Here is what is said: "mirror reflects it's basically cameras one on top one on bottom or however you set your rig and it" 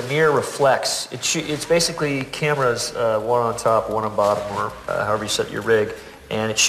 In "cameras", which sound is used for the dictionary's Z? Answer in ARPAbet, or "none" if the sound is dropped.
Z